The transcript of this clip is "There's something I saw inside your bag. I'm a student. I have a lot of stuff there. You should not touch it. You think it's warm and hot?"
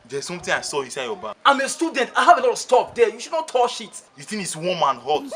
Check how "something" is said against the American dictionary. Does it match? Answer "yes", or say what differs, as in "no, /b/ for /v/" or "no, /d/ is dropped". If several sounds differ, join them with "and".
no, /t/ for /θ/